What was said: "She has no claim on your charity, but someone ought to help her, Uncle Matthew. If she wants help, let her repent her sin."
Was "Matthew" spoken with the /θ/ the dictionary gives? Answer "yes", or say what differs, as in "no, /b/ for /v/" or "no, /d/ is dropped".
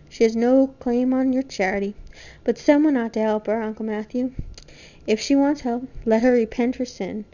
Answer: yes